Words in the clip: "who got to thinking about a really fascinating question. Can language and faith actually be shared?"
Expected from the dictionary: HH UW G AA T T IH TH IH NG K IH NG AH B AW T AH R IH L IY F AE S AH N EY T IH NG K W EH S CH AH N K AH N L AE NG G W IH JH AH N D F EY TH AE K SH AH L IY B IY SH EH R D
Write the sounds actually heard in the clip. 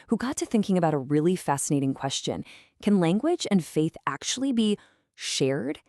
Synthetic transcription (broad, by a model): HH UW G AA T T IH TH IH NG K IH NG AH B AW T AH R IH L IY F AE S AH N EY T IH NG K W EH S CH AH N K AH N L AE NG G W IH JH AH N F EY TH AE K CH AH L IY B IY SH EH R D